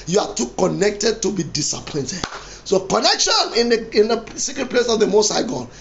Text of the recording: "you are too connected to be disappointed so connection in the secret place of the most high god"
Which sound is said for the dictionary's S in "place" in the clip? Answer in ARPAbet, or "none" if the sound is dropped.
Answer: S